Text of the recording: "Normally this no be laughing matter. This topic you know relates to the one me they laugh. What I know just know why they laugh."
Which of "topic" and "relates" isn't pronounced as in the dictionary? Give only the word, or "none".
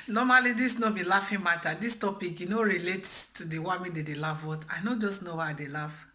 relates